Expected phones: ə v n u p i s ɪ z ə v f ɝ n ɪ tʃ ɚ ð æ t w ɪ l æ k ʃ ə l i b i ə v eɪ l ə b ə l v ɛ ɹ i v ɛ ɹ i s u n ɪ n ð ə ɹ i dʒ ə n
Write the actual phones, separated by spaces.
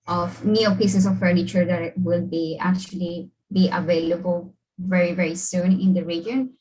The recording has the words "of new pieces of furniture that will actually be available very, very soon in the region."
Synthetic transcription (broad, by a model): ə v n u p i s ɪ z ə v f ɝ n ɪ tʃ ɚ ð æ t w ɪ l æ k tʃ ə l i b i ə v eɪ l ə b ə l v ɛ ɹ i v ɛ ɹ i s u n ɪ n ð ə ɹ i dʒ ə n